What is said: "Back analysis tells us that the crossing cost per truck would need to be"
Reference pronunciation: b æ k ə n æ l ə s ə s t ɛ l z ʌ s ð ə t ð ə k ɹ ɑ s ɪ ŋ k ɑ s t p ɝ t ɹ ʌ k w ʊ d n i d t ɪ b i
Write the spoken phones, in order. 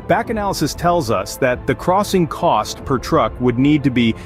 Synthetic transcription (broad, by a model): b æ k ə n æ l ə s ə s t ɛ l z ʌ s ð ə t ð ə k ɹ ɑ s ɪ ŋ k ɑ s t p ɝ t ɹ ʌ k w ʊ d n i d t ɪ b i